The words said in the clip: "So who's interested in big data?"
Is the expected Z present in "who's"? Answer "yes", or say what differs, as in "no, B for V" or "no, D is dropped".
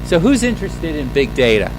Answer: yes